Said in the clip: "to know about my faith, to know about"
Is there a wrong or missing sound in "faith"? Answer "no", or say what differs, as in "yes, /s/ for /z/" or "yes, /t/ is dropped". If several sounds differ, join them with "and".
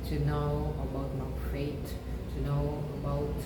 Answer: yes, /t/ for /θ/